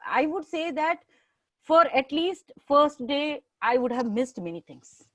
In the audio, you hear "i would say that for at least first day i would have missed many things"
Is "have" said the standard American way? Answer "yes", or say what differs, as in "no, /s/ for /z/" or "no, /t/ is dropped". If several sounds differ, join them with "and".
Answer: yes